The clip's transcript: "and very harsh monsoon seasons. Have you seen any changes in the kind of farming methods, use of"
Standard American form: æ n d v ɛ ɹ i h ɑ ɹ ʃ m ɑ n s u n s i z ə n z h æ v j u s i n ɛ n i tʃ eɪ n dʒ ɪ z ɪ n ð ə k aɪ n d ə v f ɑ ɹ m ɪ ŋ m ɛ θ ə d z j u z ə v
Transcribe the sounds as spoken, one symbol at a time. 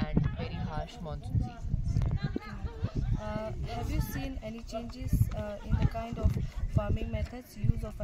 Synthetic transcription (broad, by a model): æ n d v ɛ ɹ i h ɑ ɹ ʃ m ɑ n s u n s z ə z h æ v j u s i n ɛ n i tʃ eɪ n dʒ ɪ z ɪ n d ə k aɪ n d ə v f ɑ ɹ m ɪ ŋ m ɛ t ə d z j u z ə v